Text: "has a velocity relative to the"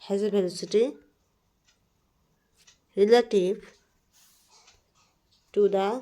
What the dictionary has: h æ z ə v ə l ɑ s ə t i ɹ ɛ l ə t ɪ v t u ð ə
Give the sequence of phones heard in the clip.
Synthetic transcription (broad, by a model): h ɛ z ə b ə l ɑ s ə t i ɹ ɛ l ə t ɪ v t u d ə